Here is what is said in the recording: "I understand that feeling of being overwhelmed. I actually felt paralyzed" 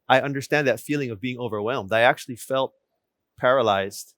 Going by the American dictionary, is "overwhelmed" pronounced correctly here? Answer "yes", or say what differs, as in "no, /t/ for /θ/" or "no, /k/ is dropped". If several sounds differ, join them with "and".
yes